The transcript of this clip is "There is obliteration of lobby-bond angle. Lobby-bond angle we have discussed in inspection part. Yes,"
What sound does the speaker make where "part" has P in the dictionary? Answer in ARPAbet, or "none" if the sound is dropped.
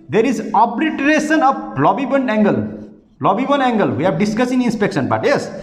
B